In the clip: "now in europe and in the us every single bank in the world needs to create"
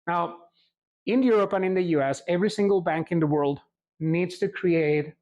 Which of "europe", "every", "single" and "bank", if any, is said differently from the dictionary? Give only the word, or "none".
none